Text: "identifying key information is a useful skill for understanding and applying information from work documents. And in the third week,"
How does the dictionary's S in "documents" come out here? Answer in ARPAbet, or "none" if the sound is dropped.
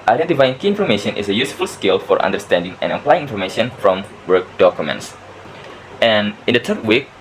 S